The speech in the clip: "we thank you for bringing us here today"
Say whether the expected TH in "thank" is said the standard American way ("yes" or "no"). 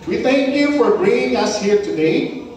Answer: yes